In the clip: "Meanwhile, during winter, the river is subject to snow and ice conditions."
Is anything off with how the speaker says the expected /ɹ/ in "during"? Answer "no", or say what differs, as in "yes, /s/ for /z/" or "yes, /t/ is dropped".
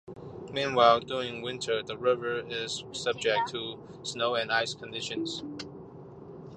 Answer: no